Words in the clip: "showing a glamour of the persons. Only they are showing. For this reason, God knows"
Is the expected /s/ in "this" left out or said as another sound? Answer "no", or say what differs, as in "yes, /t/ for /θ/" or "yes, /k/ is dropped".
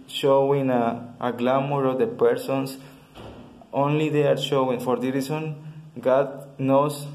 yes, /s/ is dropped